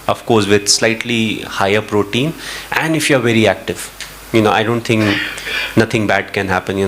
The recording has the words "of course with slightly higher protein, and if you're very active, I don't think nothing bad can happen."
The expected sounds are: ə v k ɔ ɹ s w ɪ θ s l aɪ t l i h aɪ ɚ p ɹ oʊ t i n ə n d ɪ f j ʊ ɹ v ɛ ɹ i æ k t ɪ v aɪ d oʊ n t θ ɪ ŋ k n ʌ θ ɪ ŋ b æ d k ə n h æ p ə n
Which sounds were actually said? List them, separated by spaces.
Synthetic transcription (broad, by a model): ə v k ɔ ɹ s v ɪ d s l aɪ t l i h aɪ ɚ p ɹ oʊ t i n ə n d ɪ f j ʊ ɹ v ɛ ɹ i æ k t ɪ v aɪ d oʊ n t t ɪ ŋ k n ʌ t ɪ ŋ b æ d k ə n h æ p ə n